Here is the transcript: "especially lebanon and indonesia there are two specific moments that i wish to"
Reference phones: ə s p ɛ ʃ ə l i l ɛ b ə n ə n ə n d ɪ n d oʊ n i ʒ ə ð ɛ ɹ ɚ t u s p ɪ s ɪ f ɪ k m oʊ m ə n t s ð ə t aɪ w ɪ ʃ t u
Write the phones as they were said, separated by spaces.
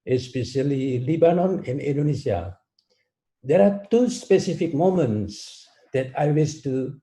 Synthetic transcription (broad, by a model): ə s p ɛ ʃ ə l i l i b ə n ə n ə n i n d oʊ n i s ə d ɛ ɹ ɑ t u s p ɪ s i f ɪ k m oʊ m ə n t s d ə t aɪ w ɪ s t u